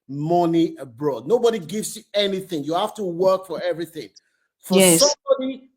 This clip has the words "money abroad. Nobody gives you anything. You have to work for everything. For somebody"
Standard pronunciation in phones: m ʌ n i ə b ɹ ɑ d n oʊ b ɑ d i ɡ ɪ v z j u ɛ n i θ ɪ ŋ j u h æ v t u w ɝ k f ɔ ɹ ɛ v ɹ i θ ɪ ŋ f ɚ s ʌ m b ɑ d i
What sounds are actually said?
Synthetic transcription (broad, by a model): m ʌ n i ə b ɹ ɑ d n oʊ b ɑ d i ɡ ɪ v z j u ɛ n i θ ɪ ŋ j u h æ f t u w ɝ k f ɔ ɹ ɛ v ɹ i θ ɪ ŋ f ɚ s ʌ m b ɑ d i